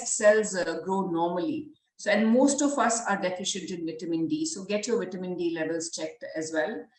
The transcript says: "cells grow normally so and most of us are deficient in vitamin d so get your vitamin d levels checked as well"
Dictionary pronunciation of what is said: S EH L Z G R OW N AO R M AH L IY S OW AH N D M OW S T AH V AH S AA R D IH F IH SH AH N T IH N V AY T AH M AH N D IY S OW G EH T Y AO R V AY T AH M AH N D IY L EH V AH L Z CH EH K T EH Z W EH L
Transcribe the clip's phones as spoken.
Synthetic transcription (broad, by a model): S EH L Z G R OW N AO R M AH L IY S OW AH N D M OW S T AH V AH S AA R D IH F IH SH AH N T IH N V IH T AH M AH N D IY S OW G EH T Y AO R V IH T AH M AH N D IY L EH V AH L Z CH EH K T EH Z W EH L